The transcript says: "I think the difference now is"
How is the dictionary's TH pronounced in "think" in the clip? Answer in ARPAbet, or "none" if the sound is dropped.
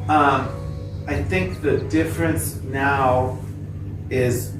TH